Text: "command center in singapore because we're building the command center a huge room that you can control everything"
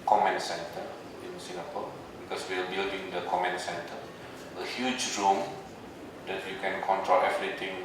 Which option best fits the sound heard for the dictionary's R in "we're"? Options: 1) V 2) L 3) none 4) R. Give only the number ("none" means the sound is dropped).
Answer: 2